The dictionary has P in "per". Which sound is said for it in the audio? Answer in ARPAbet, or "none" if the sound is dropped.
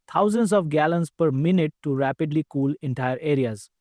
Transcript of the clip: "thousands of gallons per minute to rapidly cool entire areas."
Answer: P